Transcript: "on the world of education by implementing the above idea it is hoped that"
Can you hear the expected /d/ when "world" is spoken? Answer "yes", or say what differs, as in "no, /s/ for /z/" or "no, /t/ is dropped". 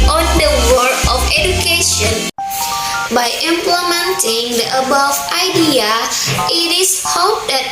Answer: no, /d/ is dropped